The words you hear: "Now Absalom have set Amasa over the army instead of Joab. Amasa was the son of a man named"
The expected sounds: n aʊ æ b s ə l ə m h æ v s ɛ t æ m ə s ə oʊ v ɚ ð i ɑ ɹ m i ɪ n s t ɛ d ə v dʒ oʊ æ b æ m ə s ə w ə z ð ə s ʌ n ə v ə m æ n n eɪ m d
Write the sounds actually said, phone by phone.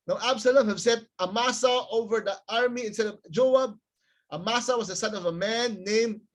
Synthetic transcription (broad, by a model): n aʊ æ b s ə l ə m h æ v s ɛ t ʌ m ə s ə oʊ v ɚ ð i ɑ ɹ m i ɪ n s t ɛ d ə v dʒ oʊ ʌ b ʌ m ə s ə w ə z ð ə s ʌ n ə v ə m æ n n eɪ m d